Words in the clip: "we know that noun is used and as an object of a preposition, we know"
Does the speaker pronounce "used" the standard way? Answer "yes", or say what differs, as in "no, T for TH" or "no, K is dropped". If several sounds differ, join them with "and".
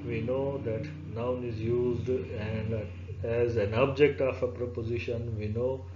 yes